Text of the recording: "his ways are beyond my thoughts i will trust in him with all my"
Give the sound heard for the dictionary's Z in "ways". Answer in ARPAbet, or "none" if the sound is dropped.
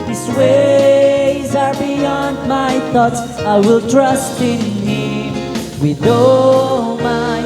Z